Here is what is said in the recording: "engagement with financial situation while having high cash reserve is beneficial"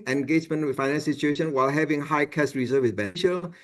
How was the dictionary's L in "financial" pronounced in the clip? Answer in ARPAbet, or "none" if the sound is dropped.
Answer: N